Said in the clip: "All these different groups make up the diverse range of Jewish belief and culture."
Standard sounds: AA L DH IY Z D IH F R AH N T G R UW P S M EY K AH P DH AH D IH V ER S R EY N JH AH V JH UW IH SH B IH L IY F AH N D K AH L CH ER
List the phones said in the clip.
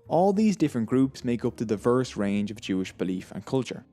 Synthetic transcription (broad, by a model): AA L DH IY Z D IH F R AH N G R UW P S M EY K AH P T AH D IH V ER S R EY N JH AH V JH UW IH SH B IH L IY F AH N K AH L CH ER